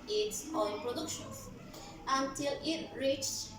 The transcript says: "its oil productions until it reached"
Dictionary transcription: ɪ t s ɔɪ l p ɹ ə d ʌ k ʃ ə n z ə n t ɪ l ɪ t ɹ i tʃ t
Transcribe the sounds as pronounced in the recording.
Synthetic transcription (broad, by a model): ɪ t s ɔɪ n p ɹ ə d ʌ k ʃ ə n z ə n t ɪ l ɪ t ɹ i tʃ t